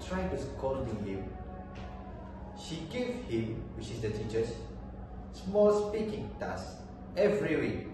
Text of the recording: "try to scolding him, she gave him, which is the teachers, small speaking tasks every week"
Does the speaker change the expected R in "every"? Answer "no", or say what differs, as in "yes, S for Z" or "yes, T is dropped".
no